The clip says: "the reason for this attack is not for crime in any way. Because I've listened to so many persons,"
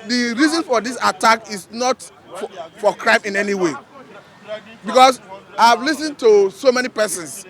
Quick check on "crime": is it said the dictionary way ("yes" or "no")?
yes